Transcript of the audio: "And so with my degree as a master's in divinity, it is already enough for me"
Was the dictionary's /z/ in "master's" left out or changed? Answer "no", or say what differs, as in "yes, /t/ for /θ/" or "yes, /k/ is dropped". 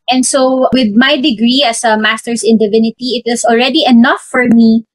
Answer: yes, /s/ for /z/